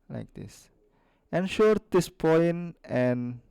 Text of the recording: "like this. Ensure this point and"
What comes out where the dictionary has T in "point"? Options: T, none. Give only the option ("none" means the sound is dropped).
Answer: none